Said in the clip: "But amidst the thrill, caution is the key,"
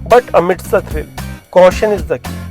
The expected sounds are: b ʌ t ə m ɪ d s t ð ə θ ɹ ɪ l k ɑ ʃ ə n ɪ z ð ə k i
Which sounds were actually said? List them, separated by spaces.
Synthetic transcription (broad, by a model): b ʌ t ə m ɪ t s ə t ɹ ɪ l k ɑ ʃ ə n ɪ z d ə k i